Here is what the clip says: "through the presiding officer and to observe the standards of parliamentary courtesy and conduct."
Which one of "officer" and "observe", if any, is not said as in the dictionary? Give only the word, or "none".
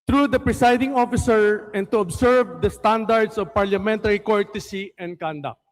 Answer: observe